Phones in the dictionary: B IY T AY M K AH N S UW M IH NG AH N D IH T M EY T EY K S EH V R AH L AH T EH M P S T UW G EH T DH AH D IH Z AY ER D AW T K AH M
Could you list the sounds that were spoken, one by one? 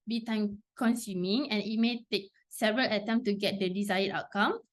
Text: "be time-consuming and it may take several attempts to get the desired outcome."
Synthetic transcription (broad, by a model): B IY T AY M K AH N S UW M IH NG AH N IH T M EY T EY K S EH V R AH L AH T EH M S T UW G EH T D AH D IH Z AY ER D AW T K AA M